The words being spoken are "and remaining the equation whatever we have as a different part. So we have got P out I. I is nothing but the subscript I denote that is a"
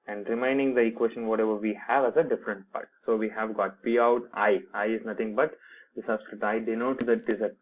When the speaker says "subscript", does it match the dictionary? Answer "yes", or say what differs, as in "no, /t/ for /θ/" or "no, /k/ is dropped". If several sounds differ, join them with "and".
no, /p/ is dropped